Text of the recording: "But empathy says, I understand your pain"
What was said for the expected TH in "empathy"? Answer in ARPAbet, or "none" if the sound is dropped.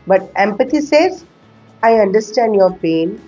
T